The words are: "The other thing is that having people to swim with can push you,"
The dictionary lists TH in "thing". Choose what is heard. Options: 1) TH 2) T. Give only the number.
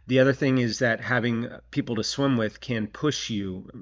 1